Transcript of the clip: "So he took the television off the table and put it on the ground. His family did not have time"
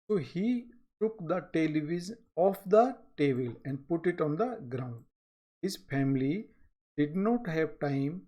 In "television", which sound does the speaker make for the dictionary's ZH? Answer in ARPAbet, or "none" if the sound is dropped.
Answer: Z